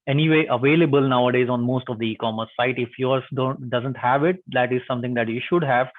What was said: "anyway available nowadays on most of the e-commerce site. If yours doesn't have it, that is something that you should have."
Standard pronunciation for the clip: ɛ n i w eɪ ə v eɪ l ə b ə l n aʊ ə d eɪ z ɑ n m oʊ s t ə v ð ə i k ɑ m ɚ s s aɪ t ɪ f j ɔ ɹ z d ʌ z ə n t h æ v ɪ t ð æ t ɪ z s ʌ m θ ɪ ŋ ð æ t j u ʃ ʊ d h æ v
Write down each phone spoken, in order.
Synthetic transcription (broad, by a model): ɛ n i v eɪ ə v eɪ l ə b ə l n aʊ ə d eɪ z ɑ n m oʊ s t ə v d i k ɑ m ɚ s s aɪ t ɪ f j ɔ ɹ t d ʌ z ə n t h æ v ɪ t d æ t ɪ z s ʌ m t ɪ ŋ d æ t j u ʃ ʊ d h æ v